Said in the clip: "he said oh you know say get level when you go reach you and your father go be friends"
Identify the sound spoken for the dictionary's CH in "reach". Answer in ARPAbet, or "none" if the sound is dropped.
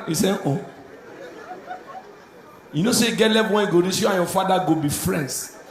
S